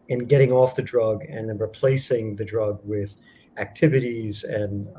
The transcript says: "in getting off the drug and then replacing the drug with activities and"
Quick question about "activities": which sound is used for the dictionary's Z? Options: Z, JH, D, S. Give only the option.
Z